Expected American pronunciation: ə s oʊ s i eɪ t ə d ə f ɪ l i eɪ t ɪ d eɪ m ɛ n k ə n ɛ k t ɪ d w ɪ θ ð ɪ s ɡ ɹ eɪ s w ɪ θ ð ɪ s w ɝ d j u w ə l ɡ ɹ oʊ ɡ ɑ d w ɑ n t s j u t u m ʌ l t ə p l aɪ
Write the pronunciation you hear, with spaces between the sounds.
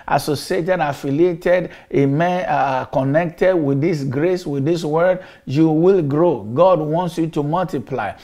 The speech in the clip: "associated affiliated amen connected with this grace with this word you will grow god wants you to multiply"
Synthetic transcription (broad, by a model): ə s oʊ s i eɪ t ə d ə f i l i eɪ t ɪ d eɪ m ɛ n k ə n ɛ k t ɪ d w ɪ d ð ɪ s ɡ ɹ eɪ s w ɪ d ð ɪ s w ɝ d j u w ə l ɡ ɹ oʊ ɡ ɑ d w ɑ n t s j u t u m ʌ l t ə p l aɪ